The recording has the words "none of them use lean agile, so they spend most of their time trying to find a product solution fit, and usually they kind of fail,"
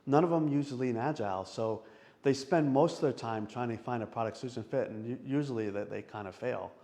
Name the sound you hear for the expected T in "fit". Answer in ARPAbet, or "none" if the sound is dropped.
T